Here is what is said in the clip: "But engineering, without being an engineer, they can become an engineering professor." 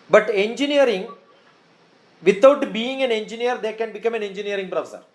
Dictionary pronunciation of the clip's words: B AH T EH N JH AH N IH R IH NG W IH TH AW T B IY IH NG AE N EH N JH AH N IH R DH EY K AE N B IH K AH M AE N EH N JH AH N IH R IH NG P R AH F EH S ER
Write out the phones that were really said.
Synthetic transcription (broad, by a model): B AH T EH N JH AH N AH R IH NG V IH T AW T B IY IH NG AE N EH N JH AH N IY R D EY K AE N B IH K AH M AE N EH N JH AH N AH R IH NG P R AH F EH S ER